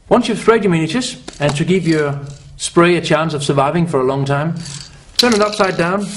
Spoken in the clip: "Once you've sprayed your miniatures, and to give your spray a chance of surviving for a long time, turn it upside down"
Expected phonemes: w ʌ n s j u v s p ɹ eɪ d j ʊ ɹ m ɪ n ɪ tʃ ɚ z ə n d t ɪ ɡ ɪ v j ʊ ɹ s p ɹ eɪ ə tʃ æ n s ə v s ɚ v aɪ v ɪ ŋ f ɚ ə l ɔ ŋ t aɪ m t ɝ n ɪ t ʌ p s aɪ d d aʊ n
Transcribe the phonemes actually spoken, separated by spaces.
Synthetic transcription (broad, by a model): w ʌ n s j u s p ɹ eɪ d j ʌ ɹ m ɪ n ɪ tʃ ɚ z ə n t ɪ ɡ ɪ v j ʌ ɹ s p ɹ eɪ ə tʃ æ n s ə v s ɚ v aɪ v ɪ ŋ f ɚ ə l ɔ ŋ t aɪ m t ɝ n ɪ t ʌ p s aɪ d d aʊ n